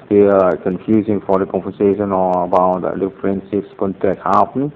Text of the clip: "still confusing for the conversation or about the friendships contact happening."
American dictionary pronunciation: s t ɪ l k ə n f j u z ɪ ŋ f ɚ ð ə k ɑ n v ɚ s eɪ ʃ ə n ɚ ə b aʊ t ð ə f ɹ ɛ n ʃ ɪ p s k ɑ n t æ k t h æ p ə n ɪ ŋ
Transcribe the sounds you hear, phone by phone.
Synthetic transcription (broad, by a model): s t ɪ k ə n f j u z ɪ ŋ f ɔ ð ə k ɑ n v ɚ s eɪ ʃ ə n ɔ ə b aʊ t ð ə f ɹ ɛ n s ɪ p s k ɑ n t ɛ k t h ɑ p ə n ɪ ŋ